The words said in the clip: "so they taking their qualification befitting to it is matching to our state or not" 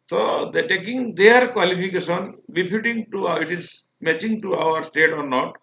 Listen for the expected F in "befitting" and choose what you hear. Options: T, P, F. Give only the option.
P